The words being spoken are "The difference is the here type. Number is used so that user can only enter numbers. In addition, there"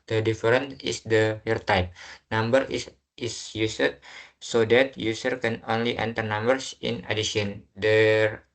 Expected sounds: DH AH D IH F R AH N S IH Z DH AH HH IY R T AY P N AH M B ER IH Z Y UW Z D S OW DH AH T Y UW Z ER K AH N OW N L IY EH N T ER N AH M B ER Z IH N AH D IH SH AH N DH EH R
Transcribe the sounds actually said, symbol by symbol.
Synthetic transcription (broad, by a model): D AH D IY F R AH N IH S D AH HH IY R T AY P N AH M B ER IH S Y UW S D S OW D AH T Y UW S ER K AH N OW N L IY EH N T ER N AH M B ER S IH N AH D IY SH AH N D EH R